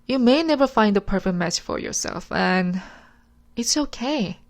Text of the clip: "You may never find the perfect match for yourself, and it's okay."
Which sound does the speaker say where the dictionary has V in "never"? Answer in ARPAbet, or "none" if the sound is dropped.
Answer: V